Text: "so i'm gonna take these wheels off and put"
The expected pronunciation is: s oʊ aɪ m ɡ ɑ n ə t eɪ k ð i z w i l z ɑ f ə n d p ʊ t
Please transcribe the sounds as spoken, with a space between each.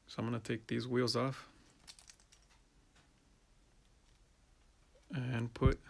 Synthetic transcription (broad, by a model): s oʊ aɪ m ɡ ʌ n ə t eɪ k ð i z w i l z ɑ f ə n p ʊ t